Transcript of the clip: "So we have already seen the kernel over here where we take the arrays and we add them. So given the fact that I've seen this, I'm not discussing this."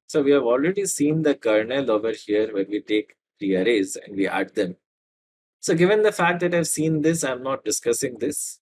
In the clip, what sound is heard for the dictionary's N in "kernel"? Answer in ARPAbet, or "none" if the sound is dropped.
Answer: N